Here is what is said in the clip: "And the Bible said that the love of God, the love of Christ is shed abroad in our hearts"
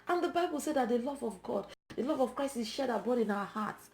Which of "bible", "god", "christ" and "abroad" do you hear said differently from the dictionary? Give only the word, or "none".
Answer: abroad